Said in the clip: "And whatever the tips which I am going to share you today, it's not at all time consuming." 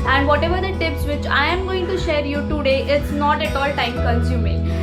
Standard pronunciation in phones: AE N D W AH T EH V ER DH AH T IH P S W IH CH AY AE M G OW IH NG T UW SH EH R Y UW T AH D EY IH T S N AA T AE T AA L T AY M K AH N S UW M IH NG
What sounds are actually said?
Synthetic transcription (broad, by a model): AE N D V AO T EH V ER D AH T IH P S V IH CH AY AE M G OW IH NG T UW SH EH R Y UW T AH D EY IH T S N AA T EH T AA L T AY M K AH N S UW M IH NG